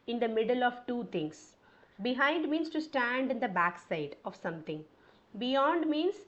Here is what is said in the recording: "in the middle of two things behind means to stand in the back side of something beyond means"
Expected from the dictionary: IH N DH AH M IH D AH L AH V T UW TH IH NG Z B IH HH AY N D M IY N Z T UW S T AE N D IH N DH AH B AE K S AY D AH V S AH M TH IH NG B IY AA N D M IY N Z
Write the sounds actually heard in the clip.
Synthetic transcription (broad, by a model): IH N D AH M IH D AH L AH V T UW T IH NG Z B IH HH AY N D M IY N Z T UW S T AE N D IH N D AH B AE K S AY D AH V S AH M T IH NG B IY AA N D M IY N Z